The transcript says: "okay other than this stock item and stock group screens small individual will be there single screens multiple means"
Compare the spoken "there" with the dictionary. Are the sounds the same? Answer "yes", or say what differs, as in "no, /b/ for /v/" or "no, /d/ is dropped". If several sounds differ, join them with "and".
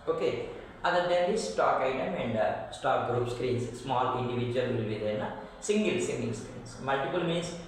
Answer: no, /l/ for /ɹ/